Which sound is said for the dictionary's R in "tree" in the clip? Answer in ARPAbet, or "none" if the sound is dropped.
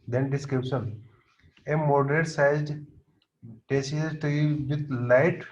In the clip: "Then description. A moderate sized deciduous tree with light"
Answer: none